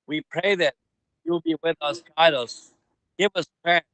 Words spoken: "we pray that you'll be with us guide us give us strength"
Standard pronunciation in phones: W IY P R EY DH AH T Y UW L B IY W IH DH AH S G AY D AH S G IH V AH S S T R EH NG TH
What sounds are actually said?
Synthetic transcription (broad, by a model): W IY P R EY DH AH T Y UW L B IY W IH DH AH S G AY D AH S G IH V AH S S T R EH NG